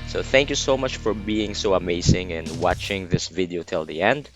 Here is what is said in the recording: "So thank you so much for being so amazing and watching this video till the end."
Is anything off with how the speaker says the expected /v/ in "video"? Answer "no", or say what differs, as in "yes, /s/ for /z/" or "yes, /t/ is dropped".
no